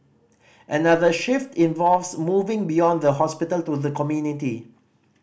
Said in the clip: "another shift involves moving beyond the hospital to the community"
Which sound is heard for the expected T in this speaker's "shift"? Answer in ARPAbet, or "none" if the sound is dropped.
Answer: T